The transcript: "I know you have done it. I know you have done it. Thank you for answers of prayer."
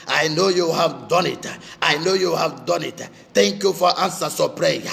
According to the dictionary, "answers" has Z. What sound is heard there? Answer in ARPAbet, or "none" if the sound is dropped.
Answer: S